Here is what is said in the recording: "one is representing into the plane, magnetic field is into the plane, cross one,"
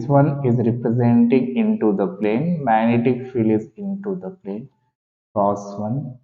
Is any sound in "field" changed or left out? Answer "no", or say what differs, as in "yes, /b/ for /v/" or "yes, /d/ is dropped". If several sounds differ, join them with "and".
yes, /d/ is dropped